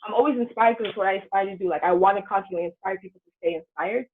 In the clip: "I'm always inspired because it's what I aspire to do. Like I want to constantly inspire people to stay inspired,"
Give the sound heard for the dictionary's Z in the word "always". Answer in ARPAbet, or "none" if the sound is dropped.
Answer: Z